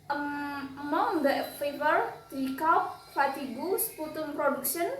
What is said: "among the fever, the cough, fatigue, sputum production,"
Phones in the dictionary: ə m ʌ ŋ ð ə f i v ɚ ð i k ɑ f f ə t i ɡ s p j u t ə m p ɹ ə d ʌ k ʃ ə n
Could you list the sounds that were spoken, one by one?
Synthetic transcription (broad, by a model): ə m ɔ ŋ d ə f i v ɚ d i k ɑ p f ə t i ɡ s p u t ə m p ɹ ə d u k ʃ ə n